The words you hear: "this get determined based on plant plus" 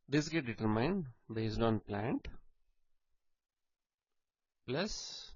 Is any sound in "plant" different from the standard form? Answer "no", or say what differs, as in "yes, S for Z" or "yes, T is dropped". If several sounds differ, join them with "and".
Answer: no